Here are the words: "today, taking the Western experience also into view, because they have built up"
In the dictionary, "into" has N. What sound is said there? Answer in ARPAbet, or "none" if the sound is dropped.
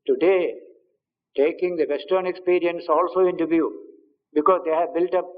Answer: N